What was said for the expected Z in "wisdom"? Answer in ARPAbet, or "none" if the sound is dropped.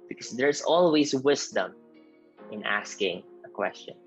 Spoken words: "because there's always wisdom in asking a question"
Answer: S